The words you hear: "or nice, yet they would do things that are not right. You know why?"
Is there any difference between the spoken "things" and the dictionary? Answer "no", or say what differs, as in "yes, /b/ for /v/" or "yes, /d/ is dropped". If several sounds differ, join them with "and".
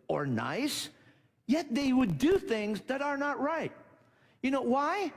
no